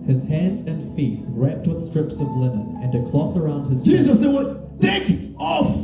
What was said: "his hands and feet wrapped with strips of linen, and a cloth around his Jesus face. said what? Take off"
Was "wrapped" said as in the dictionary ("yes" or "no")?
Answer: yes